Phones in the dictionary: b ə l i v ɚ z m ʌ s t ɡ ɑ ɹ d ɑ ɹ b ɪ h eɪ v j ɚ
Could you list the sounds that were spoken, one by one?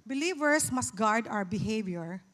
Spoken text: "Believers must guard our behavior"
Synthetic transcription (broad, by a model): b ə l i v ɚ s m ʌ s t ɡ ɑ ɹ d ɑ w b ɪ h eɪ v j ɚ